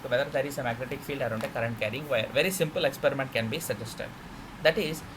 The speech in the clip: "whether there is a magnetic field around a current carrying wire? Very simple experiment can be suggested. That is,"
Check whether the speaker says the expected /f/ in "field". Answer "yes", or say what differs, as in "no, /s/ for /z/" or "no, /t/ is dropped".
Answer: yes